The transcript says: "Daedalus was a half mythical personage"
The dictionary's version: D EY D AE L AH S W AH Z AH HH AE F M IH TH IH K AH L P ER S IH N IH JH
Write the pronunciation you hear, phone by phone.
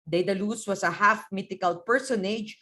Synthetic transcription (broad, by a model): D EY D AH L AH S W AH S AH HH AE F M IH T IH K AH L P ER S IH N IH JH